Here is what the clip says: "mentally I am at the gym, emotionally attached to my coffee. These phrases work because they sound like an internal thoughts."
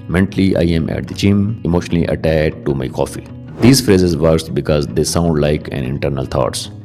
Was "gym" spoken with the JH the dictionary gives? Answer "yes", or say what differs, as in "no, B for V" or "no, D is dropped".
no, CH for JH